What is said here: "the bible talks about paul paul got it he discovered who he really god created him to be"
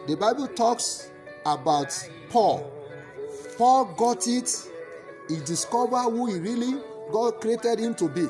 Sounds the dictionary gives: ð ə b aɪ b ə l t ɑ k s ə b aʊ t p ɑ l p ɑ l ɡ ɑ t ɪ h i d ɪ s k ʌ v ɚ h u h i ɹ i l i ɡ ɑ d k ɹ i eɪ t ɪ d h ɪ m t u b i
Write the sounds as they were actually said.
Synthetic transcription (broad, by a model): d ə b aɪ b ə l t ɑ k s ə b aʊ t p ɑ l p ɑ l ɡ ɑ t ɪ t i d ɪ s k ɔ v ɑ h u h i ɹ i l i ɡ ɑ d k ɹ i eɪ t ɪ d h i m t u b i